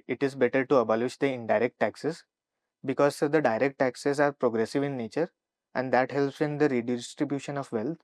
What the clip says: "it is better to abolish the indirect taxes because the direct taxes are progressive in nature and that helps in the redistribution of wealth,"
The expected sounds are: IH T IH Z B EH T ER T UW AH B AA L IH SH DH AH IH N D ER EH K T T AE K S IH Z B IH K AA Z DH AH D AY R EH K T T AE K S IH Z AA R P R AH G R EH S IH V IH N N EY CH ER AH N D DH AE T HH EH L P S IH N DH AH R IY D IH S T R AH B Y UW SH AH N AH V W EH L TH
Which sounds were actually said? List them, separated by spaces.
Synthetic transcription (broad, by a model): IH T IH Z B EH T ER T UW AH B AA L IH SH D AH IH N D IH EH K T T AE K S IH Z B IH K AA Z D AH D AY R EH K T T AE K S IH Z AA R P R AH G R EH S IH V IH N N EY CH ER AH N D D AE T HH EH L P S IH N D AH R IY D IH S T R AH B Y UW SH AH N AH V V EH L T